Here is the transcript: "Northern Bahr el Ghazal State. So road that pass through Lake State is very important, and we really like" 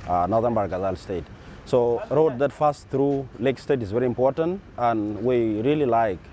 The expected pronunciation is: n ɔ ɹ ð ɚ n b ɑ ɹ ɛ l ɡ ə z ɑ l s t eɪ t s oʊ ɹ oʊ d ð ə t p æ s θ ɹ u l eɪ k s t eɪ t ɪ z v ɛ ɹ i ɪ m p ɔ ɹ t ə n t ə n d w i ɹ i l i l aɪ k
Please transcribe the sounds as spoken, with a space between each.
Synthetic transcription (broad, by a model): n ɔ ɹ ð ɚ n b ɑ ɹ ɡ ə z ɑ l s t eɪ t s oʊ ɹ oʊ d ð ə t f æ s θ ɹ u l eɪ k s t eɪ t ɪ z v ɛ ɹ i ɪ m p ɔ ɹ t ə n t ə n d w i ɹ i l i l aɪ k